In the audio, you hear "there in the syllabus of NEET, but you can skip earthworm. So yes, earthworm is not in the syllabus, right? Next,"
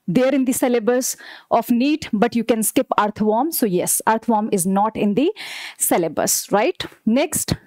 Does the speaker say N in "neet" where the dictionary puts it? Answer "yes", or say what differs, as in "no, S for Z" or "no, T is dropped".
yes